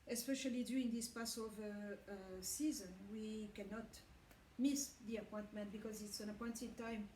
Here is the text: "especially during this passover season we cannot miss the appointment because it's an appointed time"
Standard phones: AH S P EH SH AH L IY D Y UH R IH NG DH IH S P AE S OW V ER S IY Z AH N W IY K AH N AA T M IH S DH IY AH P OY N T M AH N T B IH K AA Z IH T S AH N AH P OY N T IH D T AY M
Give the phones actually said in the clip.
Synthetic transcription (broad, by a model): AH S P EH SH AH L IY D Y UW IH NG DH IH S P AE S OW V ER S IY Z AH N W IY K AH N AA T M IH S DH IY AH P OY N T M AH N T B IH K AA Z IH T S AH N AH P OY N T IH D T AY M